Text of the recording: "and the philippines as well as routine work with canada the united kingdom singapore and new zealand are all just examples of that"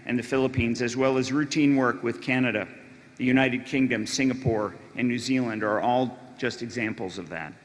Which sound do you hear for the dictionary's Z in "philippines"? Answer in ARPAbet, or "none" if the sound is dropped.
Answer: Z